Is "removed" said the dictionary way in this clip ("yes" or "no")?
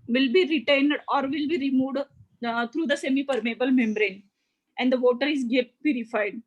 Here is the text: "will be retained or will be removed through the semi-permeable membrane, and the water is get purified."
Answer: yes